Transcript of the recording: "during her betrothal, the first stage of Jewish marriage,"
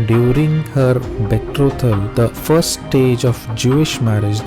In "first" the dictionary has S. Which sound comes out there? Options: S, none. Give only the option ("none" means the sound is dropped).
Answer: none